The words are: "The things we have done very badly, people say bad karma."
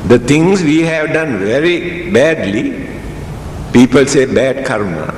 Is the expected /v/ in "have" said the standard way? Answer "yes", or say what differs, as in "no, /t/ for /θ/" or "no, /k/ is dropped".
yes